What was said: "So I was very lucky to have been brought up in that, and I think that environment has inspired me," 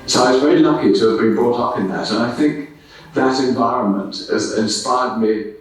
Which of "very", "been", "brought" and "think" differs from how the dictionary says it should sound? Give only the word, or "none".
none